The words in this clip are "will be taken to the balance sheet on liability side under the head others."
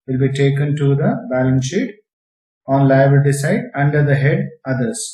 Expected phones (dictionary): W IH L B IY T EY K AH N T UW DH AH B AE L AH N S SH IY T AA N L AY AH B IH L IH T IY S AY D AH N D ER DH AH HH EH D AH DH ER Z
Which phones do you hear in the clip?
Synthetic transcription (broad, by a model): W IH L B IY T EY K AH N T UW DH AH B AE L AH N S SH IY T AA N L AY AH IH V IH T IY S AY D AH N D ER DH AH HH EH D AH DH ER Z